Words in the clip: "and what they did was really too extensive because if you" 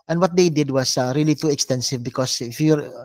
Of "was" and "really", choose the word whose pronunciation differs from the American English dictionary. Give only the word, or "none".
was